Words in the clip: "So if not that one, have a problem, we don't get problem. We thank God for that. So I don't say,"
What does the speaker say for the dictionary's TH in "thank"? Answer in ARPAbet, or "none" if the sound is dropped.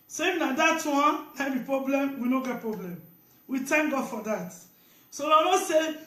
T